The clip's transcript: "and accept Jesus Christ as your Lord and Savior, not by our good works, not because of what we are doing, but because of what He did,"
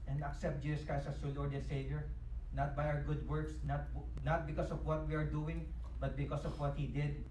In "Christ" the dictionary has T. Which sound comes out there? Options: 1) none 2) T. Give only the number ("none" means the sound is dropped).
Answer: 1